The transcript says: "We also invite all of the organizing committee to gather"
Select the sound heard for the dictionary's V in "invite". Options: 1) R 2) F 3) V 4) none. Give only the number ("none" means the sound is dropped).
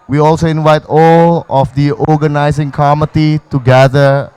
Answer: 3